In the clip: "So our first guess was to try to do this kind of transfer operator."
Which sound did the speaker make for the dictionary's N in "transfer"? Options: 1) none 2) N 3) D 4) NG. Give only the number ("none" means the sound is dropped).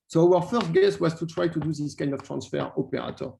2